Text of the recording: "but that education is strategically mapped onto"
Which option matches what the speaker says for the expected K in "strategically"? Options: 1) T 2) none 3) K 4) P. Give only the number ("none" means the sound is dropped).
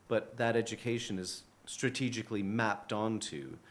3